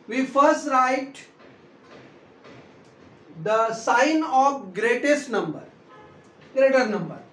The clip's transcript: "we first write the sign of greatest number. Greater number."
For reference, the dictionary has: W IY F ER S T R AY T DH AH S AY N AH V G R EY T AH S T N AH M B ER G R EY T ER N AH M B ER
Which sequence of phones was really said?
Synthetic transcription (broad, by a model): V IY F ER S T R AY T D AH S AY N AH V G R EY T AH S T N AH M B ER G R EY T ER N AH M B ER